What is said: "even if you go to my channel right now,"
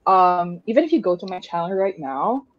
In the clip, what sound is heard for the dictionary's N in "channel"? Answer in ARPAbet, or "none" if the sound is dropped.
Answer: none